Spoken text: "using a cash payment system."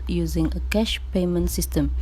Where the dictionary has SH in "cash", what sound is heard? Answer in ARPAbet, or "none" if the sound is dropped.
SH